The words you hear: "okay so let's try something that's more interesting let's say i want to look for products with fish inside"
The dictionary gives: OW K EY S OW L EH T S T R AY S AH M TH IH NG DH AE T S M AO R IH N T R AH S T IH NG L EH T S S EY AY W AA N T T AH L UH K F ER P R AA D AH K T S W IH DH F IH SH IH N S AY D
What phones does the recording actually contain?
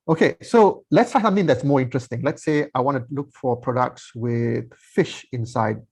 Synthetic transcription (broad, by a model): OW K EY S OW L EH T S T AY S AH M TH IH NG DH AE T S M AO R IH N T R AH S T IH NG L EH T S S EY AY W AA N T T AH L UH K F ER P R AA D AH K T S W IH DH F IH SH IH N S AY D